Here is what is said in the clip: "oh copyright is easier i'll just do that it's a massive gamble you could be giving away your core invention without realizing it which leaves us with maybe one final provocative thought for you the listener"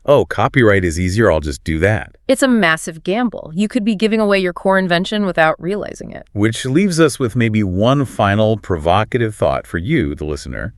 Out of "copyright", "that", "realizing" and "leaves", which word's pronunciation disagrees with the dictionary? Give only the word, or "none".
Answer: none